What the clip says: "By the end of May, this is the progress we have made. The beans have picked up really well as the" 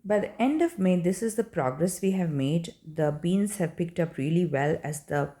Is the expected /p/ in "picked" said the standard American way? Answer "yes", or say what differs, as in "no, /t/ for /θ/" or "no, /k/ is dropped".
yes